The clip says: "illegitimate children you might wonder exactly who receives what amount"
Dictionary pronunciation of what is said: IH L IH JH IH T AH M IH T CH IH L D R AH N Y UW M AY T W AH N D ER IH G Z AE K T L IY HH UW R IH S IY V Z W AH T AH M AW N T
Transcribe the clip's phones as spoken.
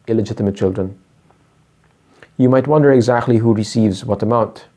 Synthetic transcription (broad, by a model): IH L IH JH IH T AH M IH T CH IH L D R AH N Y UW M AY T W AH N D ER IH G Z AE K T L IY HH UW R IH S IY V Z W AH T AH M AW N T